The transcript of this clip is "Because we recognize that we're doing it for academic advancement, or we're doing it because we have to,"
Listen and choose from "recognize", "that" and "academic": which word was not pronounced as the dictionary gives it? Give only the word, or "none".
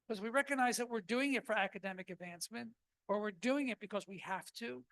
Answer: none